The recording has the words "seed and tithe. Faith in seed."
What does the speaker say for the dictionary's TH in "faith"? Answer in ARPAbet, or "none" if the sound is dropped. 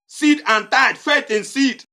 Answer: T